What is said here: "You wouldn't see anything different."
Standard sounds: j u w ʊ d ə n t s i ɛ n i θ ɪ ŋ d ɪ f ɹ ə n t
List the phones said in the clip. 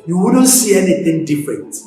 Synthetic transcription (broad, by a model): j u w ʊ d ə n t s i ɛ n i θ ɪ ŋ d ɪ f ɹ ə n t